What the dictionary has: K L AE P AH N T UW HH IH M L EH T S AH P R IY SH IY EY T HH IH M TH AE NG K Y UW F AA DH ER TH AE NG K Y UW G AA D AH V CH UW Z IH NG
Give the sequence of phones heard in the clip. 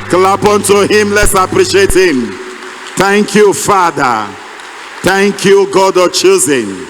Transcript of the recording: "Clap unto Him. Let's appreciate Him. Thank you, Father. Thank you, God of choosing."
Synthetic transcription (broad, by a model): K L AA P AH N T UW HH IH M L EH T S AH P R IY SH IY EY T HH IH M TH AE NG K Y UW F AA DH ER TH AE NG K Y UW G AA D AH CH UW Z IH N